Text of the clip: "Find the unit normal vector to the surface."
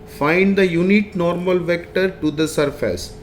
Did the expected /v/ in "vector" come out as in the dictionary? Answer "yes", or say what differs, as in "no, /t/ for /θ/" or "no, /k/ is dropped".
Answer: yes